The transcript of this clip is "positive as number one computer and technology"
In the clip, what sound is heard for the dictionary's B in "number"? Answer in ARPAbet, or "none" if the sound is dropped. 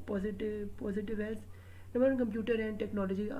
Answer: none